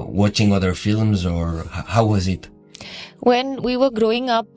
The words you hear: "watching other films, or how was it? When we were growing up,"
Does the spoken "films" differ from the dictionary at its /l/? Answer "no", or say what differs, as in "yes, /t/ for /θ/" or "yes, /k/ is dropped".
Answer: no